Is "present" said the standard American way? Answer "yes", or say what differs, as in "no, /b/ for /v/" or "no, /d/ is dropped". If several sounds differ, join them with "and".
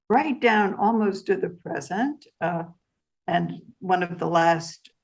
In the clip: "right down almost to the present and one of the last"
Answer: yes